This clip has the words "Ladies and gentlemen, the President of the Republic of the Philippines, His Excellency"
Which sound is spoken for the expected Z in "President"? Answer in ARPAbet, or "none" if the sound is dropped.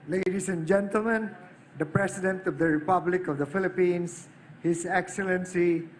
S